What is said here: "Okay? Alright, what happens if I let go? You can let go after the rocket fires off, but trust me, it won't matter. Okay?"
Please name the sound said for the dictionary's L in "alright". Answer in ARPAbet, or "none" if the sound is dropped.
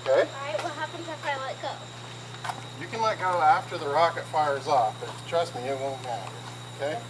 none